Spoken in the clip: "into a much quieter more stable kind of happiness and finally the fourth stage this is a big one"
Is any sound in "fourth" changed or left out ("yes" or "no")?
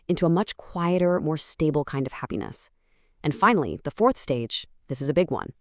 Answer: no